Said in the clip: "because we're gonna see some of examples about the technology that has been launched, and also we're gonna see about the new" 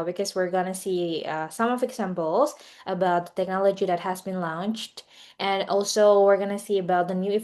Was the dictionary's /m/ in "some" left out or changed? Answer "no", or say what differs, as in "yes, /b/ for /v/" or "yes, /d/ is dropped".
no